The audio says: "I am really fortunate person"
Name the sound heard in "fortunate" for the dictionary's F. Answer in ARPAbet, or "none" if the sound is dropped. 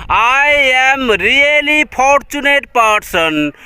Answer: P